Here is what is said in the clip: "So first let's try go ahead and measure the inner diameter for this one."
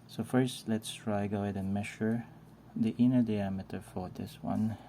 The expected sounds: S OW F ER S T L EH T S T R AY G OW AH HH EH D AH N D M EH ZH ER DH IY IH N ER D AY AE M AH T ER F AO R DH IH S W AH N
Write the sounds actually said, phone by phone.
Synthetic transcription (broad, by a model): S OW F ER S T L EH T S T R AY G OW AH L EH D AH N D M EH SH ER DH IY IH N ER D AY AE M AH T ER F AO R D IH S W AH N